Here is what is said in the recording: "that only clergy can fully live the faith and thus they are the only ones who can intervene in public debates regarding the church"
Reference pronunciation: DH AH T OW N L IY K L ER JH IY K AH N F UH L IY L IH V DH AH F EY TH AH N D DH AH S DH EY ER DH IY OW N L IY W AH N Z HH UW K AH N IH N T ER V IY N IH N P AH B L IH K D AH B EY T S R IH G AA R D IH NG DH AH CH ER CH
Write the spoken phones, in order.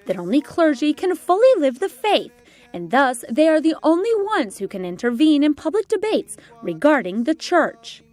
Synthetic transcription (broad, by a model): DH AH T OW N L IY K L ER JH IY K AH N F UH L IY L IH V DH AH F EY TH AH N DH AH S DH EY ER DH IY OW N L IY W AH N Z HH UW K AH N IH N T ER V IY N IH N P AH B L IH K D AH B EY T S R IH G AA R D IH NG DH AH CH ER CH